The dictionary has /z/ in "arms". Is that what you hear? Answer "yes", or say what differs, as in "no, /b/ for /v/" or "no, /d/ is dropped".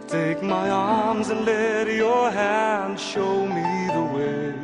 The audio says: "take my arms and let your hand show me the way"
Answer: yes